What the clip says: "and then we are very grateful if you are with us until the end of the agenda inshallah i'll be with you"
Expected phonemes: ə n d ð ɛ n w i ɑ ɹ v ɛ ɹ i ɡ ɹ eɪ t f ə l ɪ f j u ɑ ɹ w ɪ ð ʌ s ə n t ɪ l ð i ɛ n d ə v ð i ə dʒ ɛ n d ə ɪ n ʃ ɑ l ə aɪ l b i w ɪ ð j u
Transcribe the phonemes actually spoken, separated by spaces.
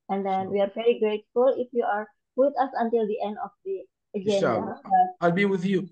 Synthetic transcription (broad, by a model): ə n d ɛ n w i ɑ ɹ v ɛ ɹ i ɡ ɹ eɪ t f ə l ɪ f j u ɑ ɹ w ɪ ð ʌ s ə n t ɪ l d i ɛ n d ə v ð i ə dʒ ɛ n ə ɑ ə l b i w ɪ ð j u